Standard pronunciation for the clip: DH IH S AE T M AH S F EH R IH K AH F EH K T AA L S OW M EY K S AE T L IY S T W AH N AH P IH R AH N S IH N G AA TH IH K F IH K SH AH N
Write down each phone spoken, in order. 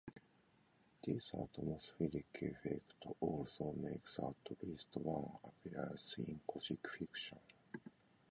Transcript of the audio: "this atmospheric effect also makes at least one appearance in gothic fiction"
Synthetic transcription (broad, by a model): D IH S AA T M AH S F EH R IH K AH F EH K T AA L S OW M EY K S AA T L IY S T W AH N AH P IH R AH N S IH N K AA S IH K F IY K SH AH N